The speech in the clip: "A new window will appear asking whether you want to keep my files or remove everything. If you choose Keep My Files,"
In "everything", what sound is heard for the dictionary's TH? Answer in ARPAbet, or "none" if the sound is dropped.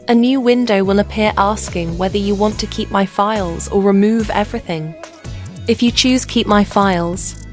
TH